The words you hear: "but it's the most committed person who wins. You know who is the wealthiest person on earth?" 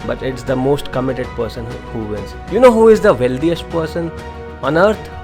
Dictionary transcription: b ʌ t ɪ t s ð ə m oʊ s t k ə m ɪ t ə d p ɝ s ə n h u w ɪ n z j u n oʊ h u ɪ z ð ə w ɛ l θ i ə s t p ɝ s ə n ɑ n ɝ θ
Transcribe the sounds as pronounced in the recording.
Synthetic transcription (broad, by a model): b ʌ t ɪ t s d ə m oʊ s t k ə m ɪ t ə d p ɝ s ə n h u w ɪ l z j u n oʊ h u ɪ z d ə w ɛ l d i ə s t p ɝ s ə n ɑ n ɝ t